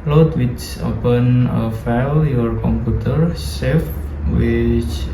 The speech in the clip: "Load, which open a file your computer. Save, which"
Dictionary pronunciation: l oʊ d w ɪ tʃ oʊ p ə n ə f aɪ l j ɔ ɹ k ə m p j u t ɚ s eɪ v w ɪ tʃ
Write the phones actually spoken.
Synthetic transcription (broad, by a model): l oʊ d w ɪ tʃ oʊ p ə n ə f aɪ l j ɔ ɹ k ə m p j u t ɚ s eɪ f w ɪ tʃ